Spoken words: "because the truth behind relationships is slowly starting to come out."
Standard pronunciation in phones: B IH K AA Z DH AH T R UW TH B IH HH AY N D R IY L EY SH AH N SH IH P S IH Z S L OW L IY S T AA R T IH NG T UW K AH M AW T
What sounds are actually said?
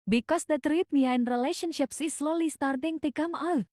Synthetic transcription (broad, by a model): B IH K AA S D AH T R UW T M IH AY N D R IY L EY SH AH N SH IH P S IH S L OW L IY S T AA R T IH NG T UW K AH M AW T